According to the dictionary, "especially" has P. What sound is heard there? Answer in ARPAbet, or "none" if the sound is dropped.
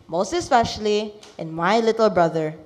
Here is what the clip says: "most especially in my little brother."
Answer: F